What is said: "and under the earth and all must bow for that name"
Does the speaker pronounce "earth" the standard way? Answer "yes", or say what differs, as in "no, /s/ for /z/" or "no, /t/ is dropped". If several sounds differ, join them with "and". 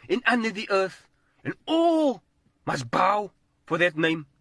yes